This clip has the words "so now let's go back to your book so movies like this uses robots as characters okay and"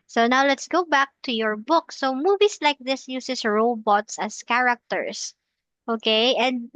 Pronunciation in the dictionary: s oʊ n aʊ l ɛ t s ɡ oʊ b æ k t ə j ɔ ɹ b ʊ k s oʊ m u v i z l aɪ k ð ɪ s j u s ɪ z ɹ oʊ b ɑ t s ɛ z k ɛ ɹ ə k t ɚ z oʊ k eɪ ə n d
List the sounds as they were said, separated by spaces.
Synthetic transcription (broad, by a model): s oʊ n aʊ l ɛ t s ɡ oʊ b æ k t ə j ɔ ɹ b ʊ k s oʊ m u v i s l aɪ k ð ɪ s j u s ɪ s ɹ oʊ b ɑ t s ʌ s k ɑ ɹ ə k t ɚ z oʊ k eɪ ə n d